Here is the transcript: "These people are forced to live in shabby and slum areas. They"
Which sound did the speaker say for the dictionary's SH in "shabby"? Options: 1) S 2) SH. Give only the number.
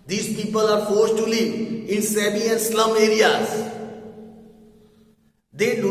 1